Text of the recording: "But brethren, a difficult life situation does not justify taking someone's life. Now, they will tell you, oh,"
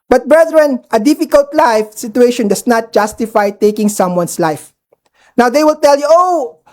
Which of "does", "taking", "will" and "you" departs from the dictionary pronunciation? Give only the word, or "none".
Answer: does